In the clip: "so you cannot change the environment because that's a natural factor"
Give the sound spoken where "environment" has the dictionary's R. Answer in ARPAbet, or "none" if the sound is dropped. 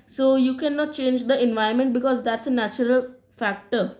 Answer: none